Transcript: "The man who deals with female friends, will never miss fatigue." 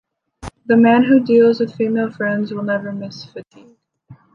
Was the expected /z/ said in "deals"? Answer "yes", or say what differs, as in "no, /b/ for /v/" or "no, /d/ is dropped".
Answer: yes